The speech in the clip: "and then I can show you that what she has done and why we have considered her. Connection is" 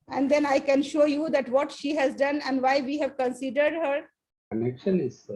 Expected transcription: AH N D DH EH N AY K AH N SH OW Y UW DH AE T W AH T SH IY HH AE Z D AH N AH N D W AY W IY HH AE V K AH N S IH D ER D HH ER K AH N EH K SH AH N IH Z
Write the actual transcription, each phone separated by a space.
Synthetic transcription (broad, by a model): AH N D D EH N AY K AH N SH OW Y UW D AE T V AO T SH IY HH AE Z D AH N AH N D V AY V IY HH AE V K AH N S IH D ER D HH ER K AH N EH K SH AH N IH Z